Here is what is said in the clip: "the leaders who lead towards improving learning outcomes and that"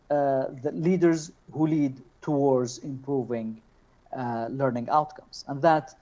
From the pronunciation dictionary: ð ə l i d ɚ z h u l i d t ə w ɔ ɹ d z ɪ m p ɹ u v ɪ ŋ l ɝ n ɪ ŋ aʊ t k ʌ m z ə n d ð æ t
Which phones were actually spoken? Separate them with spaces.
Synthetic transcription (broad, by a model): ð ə l i d ɚ z h u l i d t ə w ɔ ɹ d z ɪ m p ɹ u v ɪ ŋ l ɝ n ɪ ŋ aʊ t k ʌ m z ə n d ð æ t